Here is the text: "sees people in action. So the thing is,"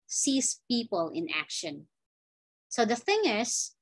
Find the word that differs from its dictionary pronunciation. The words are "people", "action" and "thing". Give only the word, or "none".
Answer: none